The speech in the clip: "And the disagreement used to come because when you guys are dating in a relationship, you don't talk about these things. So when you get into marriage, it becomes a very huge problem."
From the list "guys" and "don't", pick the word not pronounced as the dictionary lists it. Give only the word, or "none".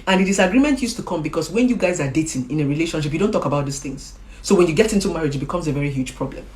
none